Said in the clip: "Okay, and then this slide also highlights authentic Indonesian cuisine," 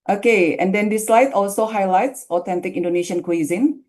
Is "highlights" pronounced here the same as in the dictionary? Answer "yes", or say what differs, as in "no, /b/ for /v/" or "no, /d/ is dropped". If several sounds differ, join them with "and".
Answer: yes